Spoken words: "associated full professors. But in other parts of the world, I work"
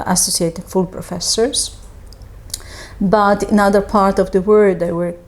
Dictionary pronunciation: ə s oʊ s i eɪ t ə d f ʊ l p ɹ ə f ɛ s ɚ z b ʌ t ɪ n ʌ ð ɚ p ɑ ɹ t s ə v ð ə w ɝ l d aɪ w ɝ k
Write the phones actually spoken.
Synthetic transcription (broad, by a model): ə s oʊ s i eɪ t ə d f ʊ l p ɹ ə f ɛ s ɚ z b ʌ t ɪ n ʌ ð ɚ p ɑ ɹ t ə v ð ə w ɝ d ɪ w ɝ